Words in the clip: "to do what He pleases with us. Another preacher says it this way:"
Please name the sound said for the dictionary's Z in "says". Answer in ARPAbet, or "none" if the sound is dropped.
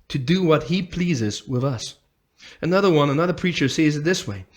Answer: Z